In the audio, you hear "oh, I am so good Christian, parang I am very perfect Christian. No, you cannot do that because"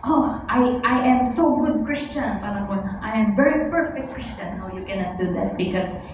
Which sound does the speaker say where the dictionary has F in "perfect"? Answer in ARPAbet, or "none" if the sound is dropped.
F